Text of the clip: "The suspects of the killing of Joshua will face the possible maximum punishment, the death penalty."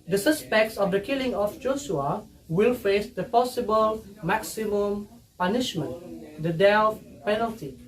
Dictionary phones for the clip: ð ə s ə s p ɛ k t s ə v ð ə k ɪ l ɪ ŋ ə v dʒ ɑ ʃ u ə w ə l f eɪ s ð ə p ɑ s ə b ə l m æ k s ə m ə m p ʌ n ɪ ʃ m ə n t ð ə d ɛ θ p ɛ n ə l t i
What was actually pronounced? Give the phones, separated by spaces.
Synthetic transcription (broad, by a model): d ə s ə s p ɛ k t s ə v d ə k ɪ l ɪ ŋ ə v dʒ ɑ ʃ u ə w ə l f eɪ s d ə p ɑ s ə b ə l m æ k s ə m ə m p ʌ n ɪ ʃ m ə n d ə d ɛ f p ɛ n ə l t i